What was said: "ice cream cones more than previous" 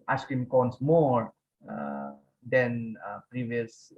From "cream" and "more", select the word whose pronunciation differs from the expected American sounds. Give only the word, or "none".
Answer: cream